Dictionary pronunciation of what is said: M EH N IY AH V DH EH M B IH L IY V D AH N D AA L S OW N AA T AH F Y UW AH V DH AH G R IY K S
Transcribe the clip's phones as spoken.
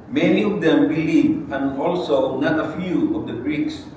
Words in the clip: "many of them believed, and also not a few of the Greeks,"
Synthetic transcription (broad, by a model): M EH N IY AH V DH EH M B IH L IY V AH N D AA L S OW N AA T AH F Y UW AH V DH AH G R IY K S